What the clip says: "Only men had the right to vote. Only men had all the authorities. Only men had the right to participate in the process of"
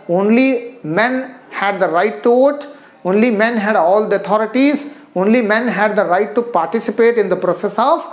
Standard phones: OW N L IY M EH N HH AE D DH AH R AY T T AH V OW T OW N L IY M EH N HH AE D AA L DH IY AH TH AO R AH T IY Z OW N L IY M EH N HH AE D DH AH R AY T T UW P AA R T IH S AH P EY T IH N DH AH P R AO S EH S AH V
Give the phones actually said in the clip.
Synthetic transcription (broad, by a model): OW N L IY M EH N HH AE D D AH R AY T T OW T OW N L IY M EH N HH AE D AA L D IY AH T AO R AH T IY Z OW N L IY M EH N HH AE D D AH R AY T T UW P AA R T IH S AH P EY T IH N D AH P R AO S EH S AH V